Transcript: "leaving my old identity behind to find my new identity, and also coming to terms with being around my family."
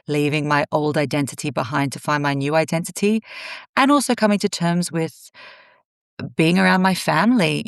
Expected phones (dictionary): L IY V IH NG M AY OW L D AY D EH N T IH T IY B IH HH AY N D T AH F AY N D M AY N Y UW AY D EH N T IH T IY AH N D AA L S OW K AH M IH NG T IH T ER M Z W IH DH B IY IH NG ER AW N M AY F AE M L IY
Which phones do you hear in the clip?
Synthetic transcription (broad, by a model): L IY V IH NG M AY OW L D AY D EH N T IH T IY B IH HH AY N T AH F AY N M AY N Y UW AY D EH N T IH T IY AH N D AA L S OW K AH M IH NG T IH T ER M Z W IH DH B IY IH NG ER AW N M AY F AE M L IY